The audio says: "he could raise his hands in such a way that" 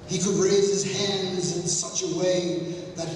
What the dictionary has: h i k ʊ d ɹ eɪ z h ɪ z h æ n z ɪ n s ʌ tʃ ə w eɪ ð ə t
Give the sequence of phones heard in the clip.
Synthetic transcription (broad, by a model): h i k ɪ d ɹ eɪ z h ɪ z h æ n z ɪ n s ʌ tʃ ə w eɪ ð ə t